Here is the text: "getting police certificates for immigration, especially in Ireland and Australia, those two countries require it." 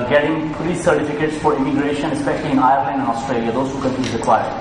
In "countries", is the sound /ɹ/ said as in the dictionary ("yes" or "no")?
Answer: no